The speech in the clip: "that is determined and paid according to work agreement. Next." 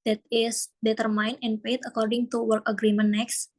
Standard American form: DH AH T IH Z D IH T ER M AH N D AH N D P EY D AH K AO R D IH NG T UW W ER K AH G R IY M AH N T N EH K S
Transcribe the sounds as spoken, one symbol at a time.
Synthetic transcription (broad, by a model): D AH T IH S D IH T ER M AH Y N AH N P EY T AH K AO R D IH NG T UW W ER K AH G R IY M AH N N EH K S